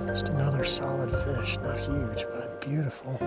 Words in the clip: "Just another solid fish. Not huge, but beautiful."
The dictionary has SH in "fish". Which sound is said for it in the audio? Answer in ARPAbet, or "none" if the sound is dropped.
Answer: SH